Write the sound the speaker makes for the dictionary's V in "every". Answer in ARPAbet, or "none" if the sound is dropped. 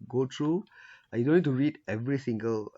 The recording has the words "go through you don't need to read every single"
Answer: V